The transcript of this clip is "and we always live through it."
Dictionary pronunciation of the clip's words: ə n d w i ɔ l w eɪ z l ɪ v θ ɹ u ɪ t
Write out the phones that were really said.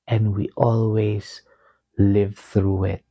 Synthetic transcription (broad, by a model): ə n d w i ɔ l w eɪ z l ɪ v θ ɹ u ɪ t